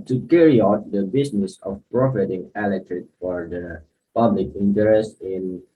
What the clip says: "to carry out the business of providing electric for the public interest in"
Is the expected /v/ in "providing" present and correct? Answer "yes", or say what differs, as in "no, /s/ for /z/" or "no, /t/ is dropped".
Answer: no, /f/ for /v/